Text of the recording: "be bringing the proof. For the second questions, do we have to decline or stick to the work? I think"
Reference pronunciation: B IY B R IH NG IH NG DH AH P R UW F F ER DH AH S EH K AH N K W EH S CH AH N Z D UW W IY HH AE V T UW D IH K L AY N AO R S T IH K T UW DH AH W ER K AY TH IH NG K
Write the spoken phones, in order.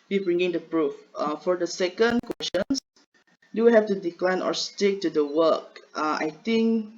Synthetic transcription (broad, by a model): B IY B R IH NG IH NG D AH P R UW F F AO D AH S EH K AH N K W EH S SH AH N S D UW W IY HH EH F T UW D IH K L AY N AO R S T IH K T UW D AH W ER K AY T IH NG K